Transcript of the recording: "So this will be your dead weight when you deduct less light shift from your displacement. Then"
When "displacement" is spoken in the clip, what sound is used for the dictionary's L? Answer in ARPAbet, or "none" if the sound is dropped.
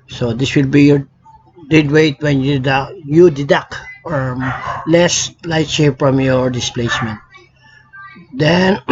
L